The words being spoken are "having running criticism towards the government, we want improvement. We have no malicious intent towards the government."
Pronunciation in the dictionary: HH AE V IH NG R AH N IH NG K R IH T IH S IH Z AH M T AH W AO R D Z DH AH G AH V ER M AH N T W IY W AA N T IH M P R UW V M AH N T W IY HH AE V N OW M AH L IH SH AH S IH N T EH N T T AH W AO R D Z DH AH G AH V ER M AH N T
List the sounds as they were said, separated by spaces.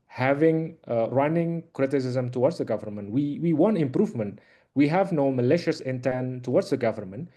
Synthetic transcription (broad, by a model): HH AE V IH NG R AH N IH NG K R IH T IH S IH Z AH M T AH W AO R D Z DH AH G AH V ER M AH N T W IY W AA N T IH M P R UW V M AH N T W IY HH AE V N OW M AH L IH SH AH S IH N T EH N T T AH W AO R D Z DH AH G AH V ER M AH N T